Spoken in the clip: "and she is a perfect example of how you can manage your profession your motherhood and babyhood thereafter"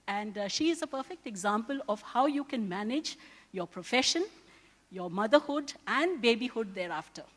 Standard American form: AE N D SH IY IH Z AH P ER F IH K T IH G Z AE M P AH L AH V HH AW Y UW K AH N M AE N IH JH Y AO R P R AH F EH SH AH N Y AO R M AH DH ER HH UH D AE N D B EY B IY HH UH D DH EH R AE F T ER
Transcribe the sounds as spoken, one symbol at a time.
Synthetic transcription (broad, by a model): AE N D SH IY IH Z AH P ER F IH K T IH G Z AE M P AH L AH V HH AW Y UW K AH N M AE N IH JH Y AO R P R AH F EH SH AH N Y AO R M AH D ER HH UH D AE N D B EY B IY HH UH D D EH R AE F T ER